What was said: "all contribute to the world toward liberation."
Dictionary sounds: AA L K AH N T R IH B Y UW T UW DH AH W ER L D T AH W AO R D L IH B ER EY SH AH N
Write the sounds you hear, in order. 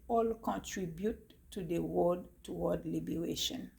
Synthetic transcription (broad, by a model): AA L K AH N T R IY B Y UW T UW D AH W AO D T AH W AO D L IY B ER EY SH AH N